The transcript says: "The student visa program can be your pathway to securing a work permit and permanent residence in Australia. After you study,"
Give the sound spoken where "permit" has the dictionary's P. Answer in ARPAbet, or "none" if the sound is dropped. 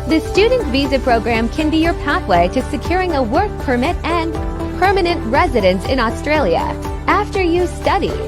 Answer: P